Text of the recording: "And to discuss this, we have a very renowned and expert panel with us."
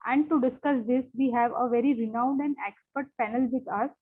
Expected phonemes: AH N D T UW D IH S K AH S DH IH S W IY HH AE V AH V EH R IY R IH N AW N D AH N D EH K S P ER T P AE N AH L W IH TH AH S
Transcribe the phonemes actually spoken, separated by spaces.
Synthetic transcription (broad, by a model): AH N D T UW D IH S K AH S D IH S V IY HH AE V AH V EH R IY R IH N AW N D AH N D EH K S P ER T P AE N AH L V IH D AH S